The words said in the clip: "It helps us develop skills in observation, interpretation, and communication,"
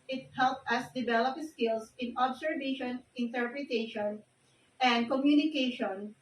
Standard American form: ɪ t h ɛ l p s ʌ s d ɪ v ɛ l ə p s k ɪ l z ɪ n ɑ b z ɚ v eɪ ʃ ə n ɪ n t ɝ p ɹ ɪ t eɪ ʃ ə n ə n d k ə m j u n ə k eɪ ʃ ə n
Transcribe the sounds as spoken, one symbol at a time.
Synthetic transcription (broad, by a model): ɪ t h ɛ l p ʌ s d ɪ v ɛ l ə p s k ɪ l s ɪ n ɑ b s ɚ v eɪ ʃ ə n ɪ n t ɝ p ɹ ɪ t eɪ ʃ ə n ə n d k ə m j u n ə k eɪ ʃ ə n